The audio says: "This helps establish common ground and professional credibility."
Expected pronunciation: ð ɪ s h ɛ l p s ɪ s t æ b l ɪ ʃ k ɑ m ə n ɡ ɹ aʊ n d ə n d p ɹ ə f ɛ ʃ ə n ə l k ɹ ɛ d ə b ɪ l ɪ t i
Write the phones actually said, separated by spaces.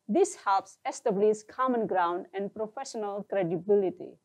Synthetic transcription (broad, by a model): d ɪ s h ɛ l p s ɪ s t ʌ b l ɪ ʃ k ɑ m ə n ɡ ɹ aʊ n d ə n d p ɹ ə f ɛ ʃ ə n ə l k ɹ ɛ d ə b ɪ l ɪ t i